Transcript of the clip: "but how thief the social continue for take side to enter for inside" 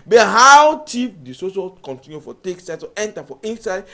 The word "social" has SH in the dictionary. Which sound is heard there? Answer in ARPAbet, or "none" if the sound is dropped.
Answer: S